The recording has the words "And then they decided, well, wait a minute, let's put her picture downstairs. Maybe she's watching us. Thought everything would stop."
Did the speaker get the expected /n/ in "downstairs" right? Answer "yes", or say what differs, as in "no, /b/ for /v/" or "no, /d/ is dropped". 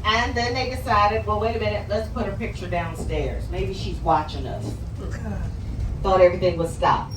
yes